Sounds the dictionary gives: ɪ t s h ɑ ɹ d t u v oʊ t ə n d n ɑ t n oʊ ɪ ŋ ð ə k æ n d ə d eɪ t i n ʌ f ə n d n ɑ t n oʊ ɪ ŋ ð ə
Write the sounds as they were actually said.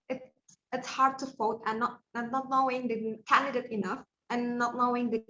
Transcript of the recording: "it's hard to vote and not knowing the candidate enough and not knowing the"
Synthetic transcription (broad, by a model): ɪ t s h ɑ ɹ d t u f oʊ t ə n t n ɑ t n oʊ ɪ ŋ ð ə k æ n d ə d eɪ t i n ʌ f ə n n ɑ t n oʊ ɪ ŋ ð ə